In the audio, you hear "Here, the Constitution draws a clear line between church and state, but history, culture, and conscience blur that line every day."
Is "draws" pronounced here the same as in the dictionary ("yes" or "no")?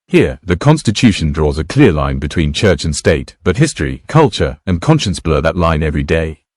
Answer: yes